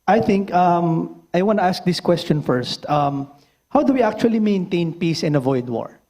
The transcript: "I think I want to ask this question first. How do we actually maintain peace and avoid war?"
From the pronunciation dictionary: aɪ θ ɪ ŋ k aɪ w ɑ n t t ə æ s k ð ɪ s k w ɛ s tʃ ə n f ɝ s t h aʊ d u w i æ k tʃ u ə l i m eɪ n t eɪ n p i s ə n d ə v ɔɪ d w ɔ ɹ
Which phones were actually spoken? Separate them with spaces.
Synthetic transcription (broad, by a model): aɪ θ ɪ ŋ k aɪ w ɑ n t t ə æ s k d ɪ s k w ɛ s tʃ ə n f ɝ s t h aʊ d u w i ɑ k tʃ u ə l i m eɪ n t eɪ n p i s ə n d ə v ɔɪ d w ɔ ɹ